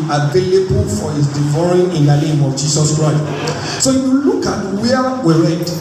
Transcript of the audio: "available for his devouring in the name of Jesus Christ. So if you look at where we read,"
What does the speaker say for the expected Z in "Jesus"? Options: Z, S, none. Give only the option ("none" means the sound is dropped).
S